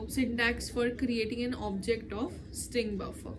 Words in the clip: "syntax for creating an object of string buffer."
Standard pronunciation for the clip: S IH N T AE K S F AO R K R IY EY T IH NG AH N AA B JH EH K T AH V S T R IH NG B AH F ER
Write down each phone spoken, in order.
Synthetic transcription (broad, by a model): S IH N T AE K S F AO R K R IY EY T IH NG AH N AA B JH EH K T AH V S T R IH NG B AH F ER